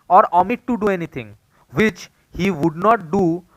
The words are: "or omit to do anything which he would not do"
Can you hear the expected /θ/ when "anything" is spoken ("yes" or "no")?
no